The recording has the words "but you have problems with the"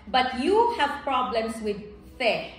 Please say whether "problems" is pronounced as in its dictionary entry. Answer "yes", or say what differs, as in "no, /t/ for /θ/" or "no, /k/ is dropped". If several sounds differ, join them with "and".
no, /s/ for /z/